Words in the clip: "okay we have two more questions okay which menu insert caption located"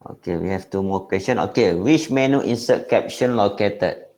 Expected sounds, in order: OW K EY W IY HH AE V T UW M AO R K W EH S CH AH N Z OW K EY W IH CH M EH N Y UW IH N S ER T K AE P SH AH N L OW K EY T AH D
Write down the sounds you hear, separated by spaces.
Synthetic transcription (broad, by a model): OW K EY W IY HH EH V T UW M AO K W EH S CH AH N OW K EY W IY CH M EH N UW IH N S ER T K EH P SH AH N L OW K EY T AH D